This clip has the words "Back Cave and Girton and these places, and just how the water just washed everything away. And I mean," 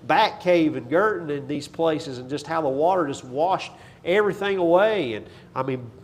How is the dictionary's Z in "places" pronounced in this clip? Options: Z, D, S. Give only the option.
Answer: Z